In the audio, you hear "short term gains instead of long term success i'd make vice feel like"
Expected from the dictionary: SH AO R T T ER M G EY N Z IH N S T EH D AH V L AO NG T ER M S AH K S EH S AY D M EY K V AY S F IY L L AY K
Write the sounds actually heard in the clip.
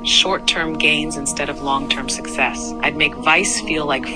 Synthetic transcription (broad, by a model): SH AO R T T ER M G EY N Z IH N S T EH D AH V L AO NG T ER M S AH K S EH S AY D M EY K V AY S F IY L L AY K